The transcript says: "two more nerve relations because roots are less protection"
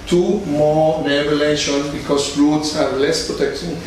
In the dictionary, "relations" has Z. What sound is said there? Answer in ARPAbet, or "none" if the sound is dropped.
none